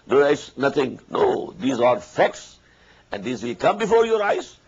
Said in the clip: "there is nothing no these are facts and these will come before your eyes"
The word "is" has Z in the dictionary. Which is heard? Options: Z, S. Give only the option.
S